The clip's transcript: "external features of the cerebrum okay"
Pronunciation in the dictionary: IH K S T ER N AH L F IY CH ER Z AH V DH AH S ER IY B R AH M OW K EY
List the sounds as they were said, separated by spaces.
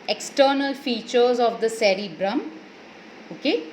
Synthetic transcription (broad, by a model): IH K S T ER N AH L F IY CH ER Z AH V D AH S ER IY B R AH M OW K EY